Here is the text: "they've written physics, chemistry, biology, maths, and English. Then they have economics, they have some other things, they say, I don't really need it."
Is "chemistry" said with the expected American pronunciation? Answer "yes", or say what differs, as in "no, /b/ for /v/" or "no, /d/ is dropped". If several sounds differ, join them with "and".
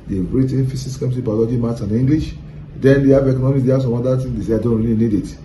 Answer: no, /ɹ/ is dropped